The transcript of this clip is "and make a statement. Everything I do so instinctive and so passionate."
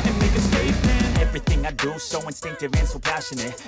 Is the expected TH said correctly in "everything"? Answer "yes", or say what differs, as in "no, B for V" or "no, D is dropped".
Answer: yes